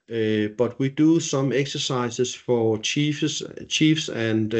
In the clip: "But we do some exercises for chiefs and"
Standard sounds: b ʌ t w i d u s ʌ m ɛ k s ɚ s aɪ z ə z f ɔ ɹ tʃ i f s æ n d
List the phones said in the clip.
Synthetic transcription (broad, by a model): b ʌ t w i d u s ʌ m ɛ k s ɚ s aɪ s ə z f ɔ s tʃ i f s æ n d